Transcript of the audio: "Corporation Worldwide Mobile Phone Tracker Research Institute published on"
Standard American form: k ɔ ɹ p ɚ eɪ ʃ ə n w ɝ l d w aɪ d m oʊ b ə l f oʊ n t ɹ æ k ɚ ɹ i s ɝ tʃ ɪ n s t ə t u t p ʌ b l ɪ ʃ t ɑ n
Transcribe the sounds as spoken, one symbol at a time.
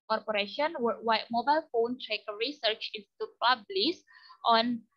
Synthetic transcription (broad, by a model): ɔ ɹ p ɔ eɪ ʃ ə n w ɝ w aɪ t m oʊ b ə l f oʊ n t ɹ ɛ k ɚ ɹ i s ɝ tʃ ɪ n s t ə t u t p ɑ b l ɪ s t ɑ n